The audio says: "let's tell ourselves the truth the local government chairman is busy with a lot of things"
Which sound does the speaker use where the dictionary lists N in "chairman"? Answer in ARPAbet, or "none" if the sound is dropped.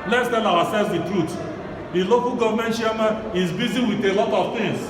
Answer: none